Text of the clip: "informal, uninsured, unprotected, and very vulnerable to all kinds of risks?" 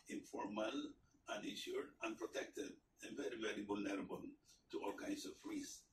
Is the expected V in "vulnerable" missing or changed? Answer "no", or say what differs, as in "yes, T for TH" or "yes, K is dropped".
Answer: yes, B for V